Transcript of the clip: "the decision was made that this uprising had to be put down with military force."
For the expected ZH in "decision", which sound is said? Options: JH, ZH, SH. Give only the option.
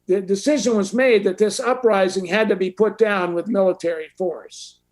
ZH